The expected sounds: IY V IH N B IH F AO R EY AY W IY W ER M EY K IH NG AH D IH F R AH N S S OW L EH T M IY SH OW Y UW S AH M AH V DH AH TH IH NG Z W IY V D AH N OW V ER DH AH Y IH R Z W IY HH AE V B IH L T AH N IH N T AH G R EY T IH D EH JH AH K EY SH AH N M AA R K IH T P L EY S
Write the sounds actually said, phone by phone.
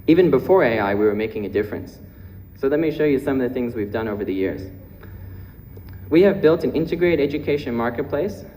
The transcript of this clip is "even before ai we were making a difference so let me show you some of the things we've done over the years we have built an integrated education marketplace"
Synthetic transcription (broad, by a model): IY V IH N B IH F AO R EY AY W IY W ER M EY K IH NG AH D IH F R AH N S S OW L EH T M IY SH OW Y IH S AH M AH V DH AH TH IH NG Z W IY V D AH N OW V ER DH AH Y IH R Z W IY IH V B IH L T AH N IH N T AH G R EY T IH D EH JH AH K EY SH AH N M AA R K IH T P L EY S